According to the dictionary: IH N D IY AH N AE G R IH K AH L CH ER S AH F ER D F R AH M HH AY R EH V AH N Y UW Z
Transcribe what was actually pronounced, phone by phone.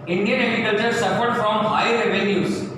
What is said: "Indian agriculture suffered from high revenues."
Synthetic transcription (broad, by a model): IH N D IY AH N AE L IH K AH CH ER S AH F ER D F R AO M HH AY R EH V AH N Y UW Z